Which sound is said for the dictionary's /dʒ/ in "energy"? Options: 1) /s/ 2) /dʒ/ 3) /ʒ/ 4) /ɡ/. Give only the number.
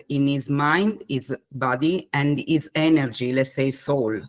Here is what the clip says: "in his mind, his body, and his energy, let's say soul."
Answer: 2